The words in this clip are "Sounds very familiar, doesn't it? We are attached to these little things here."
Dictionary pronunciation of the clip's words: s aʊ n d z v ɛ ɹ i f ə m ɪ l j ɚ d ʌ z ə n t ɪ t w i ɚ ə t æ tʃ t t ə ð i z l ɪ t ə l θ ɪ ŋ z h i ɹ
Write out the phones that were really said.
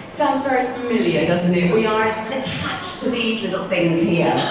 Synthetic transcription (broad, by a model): s aʊ n d z v ɛ ɹ i f ə m ɪ l j ɚ d ʌ z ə n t ɪ t w i ɚ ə t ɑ tʃ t t ə ð i z l ɪ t l θ ɪ ŋ z h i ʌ